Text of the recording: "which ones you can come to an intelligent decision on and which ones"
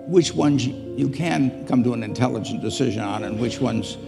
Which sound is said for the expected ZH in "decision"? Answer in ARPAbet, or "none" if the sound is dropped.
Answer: ZH